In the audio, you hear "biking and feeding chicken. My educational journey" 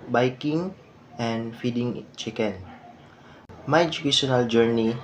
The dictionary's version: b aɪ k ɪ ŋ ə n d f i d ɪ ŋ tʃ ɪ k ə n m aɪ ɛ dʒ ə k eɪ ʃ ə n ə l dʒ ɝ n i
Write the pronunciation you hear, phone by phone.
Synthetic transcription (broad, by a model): b aɪ k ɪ ŋ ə n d f i d ɪ ŋ tʃ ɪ k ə n m aɪ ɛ dʒ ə k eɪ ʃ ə n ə l dʒ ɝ n i